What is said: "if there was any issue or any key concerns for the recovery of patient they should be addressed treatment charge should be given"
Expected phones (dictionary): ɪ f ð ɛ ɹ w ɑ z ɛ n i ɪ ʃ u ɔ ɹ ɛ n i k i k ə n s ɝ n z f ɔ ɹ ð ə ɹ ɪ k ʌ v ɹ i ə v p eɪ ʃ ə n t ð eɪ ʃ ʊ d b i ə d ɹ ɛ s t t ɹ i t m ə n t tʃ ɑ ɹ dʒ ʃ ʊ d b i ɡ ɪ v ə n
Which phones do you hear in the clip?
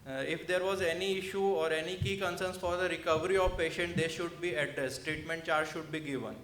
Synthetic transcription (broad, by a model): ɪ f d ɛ ɹ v ɑ z ɛ n i ɪ ʃ u ɔ ɹ ɛ n i k i k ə n s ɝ n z f ɔ ɹ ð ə ɹ ɪ k ʌ v ɹ i ə v p eɪ ʃ ə n t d eɪ ʃ ʊ d b i ə d ɹ ɛ s t t ɹ i t m ə n t tʃ ɑ ɹ dʒ ʃ ʊ d b i ɡ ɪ v ə n